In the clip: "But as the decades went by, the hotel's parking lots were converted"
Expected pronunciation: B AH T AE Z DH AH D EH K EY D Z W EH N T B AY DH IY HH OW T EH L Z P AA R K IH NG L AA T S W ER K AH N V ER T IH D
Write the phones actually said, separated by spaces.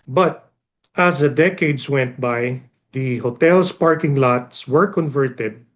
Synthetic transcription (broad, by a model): B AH T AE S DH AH D EH K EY D S W EH N T B AY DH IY HH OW T EH L S P AA R K IH NG L AA T S W ER K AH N V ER T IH D